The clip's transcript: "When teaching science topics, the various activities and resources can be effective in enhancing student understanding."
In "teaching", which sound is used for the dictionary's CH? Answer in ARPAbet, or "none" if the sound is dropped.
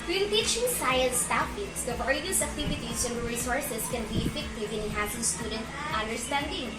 SH